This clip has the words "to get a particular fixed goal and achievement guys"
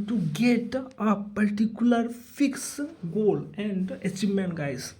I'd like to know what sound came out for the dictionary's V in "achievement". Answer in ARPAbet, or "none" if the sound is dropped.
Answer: none